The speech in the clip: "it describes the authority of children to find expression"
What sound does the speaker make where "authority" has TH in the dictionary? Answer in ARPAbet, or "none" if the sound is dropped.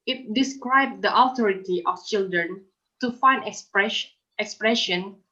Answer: T